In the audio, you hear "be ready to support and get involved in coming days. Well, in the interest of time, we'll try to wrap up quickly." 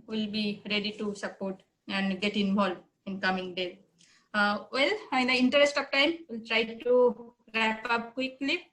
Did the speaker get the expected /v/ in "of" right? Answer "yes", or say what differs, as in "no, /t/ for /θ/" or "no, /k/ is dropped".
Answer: no, /p/ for /v/